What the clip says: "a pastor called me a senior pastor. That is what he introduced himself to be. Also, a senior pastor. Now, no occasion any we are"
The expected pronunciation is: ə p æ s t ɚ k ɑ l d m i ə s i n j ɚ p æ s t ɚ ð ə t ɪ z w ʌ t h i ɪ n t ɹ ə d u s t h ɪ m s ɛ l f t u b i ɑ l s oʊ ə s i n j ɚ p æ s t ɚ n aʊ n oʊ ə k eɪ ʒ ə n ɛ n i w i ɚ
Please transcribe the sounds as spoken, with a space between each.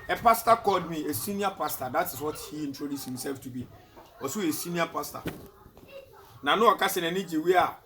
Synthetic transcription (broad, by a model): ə p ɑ s t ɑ k ɑ l d m i ə s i n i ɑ p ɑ s t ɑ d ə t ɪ s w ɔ t h i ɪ n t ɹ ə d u s h ɪ m s ɛ l f t u b i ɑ s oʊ ə s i n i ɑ p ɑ s t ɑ n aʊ n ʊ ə k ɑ s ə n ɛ n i w i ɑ